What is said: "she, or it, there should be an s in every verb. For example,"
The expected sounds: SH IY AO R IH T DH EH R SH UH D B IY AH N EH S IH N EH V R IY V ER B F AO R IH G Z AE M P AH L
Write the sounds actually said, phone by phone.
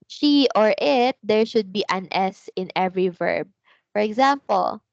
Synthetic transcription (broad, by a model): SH IY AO R IH T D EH R SH UH D B IY AH N EH S IH N EH V R IY V ER B F AO R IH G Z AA M P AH L